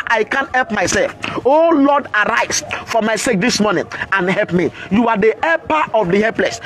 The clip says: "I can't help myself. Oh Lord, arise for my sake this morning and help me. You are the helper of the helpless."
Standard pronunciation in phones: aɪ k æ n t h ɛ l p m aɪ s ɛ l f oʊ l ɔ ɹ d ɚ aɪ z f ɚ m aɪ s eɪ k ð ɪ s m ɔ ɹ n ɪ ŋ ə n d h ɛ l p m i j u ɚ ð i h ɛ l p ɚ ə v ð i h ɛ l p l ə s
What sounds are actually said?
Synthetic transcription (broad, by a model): aɪ k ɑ n t h ɛ l p m aɪ s ɛ l f oʊ l ɔ d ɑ aɪ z f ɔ m aɪ s eɪ k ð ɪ s m ɔ n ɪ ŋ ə n h ɛ l p m i j u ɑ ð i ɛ p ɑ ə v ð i h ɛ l p l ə s